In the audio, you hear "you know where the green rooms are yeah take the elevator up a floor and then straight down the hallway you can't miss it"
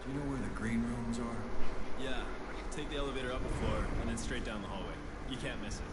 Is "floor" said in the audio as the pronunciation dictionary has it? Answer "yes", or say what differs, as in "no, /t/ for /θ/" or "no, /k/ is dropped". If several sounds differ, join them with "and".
no, /l/ is dropped